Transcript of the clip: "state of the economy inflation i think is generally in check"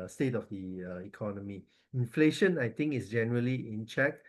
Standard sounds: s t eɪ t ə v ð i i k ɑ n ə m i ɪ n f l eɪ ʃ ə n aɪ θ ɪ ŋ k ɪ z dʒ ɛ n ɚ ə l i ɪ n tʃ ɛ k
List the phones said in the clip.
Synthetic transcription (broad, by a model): s t eɪ t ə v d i i k ɑ n ə m i ɪ n f l eɪ ʃ ə n aɪ t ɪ ŋ k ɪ s dʒ ɛ n ɚ ə l i ɪ n tʃ ɛ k